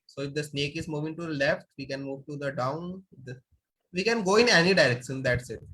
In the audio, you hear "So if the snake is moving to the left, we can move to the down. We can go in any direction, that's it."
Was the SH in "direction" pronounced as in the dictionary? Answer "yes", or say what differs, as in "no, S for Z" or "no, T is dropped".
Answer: no, S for SH